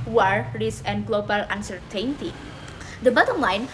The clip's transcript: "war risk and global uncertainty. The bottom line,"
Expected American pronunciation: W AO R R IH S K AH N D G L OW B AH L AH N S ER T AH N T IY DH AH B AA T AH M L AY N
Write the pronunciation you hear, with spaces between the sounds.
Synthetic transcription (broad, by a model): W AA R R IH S AH N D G L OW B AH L AH N S ER T AH N T IY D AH B AA T AH M L AY N